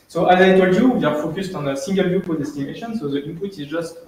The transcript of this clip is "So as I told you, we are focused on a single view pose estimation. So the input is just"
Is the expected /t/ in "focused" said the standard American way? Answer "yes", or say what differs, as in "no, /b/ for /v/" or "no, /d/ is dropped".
yes